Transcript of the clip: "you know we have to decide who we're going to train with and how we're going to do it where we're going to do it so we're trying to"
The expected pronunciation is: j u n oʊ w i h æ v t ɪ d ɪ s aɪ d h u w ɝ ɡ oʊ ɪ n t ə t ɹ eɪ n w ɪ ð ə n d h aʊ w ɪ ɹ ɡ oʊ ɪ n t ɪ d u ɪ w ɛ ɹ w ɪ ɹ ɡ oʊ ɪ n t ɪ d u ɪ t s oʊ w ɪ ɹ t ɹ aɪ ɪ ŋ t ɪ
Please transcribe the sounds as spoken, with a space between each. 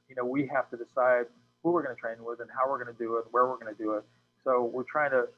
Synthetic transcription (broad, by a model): j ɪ n oʊ w i h æ f t ɪ d ɪ s aɪ d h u w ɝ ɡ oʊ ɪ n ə t ɹ eɪ n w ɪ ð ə n h aʊ w ɪ ɹ ɡ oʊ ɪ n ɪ d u ɪ w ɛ ɹ w ɪ ɹ ɡ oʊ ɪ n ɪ d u ɪ t s oʊ w ɪ ɹ t ɹ aɪ ɪ ŋ t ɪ